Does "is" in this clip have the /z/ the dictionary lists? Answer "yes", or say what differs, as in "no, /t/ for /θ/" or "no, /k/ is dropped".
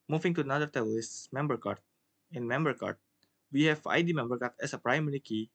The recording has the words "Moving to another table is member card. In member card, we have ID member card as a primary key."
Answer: no, /s/ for /z/